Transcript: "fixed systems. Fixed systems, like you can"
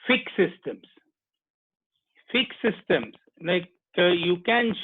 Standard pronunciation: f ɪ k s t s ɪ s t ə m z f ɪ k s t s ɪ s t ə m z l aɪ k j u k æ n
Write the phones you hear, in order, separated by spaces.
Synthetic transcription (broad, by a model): f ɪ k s s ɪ s t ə m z f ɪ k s s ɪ s t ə m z n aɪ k j u k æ n